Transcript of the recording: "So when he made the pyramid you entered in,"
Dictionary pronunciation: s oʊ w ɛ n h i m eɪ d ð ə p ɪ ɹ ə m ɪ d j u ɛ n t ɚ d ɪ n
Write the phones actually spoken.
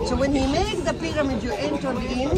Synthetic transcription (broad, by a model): s oʊ w ɛ n h i m eɪ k ð ə p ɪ ɹ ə m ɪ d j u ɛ n t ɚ ɪ n